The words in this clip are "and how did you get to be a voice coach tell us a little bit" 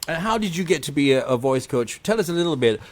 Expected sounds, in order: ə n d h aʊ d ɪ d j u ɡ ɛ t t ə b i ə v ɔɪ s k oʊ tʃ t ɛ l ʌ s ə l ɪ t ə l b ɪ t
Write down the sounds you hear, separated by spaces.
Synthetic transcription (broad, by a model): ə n h aʊ d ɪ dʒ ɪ ɡ ɛ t t ə b i ə v ɔɪ s k oʊ tʃ t ɛ l ʌ s ə l ɪ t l b ɪ t